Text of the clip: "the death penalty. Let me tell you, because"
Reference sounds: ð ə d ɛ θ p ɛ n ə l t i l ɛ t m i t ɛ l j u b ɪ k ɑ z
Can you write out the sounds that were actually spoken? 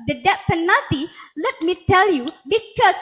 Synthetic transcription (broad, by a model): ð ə d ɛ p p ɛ n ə t i l ɛ t m i t ɛ l j u b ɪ k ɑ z